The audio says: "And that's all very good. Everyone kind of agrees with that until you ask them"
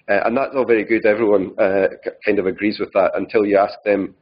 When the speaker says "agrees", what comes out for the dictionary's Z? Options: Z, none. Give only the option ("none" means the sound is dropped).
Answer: Z